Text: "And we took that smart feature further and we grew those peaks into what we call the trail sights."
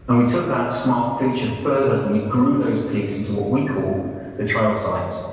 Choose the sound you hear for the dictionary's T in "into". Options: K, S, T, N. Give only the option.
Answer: T